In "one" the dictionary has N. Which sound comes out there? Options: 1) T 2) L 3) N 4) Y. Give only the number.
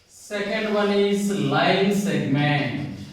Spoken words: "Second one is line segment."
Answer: 2